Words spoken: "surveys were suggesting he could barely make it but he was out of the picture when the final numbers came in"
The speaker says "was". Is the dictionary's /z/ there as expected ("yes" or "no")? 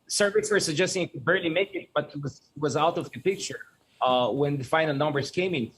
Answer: yes